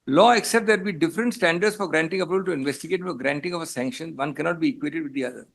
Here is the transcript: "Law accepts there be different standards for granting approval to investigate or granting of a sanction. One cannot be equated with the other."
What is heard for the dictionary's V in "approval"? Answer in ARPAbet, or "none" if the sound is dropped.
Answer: B